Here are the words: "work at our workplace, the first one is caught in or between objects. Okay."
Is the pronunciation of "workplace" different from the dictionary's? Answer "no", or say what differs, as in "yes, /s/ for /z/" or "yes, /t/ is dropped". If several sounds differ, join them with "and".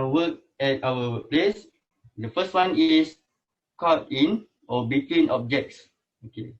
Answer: yes, /k/ is dropped